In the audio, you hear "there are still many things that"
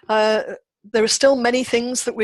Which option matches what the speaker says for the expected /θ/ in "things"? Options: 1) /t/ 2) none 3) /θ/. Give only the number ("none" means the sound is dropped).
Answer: 3